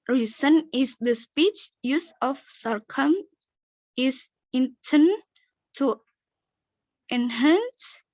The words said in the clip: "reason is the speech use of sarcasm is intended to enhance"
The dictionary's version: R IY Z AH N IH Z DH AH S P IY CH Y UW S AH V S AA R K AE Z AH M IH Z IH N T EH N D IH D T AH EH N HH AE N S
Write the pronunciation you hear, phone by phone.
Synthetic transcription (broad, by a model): R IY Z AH N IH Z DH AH S P IY CH Y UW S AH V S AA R K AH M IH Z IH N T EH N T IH T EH N HH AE N S